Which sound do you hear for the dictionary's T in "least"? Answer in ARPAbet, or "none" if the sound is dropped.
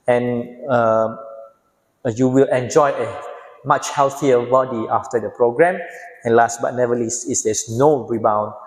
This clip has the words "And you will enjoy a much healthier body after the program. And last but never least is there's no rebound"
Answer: none